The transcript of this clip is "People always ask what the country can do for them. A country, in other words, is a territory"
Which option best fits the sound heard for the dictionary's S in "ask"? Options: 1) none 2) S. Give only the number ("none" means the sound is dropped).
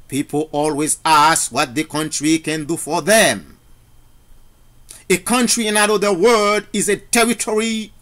2